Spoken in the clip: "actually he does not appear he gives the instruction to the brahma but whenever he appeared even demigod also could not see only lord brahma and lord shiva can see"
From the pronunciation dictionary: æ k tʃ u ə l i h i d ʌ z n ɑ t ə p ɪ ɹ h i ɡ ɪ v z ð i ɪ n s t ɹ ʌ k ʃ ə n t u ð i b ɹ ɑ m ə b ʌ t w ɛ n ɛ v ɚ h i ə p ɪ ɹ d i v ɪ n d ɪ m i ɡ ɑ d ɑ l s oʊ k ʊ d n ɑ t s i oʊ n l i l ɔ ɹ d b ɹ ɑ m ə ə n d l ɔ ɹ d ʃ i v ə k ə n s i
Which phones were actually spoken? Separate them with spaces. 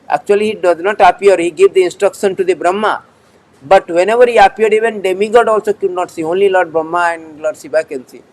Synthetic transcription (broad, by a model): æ k tʃ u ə l i h i d ʌ z n ɑ t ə p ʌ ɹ h i ɡ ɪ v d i ɪ n s t ɹ ʌ k ʃ ə n t u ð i b ɹ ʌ m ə b ʌ t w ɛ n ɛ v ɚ h i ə p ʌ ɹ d i v ɪ n d ɪ m i ɡ ɑ d ɑ l s oʊ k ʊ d n ɑ t s i oʊ n l i l ɔ ɹ d b ɹ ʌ m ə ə n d l ɔ ɹ d s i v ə k ə n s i